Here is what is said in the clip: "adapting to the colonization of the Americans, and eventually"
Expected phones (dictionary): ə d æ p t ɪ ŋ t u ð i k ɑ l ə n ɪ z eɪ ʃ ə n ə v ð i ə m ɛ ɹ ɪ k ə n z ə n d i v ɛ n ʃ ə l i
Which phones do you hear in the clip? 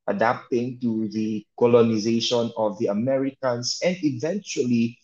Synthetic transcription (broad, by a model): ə d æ p t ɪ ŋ t u ð i k ɑ l ə n ɪ z eɪ ʃ ə n ə v ð i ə m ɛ ɹ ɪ k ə n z ə n d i v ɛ n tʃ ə l i